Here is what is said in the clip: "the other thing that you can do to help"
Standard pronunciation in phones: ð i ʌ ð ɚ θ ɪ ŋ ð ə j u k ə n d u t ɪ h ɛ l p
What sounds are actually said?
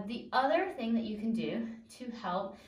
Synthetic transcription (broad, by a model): ð i ʌ ð ɚ θ ɪ ŋ ð ə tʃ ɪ k ə n d u t ɪ h ɛ l p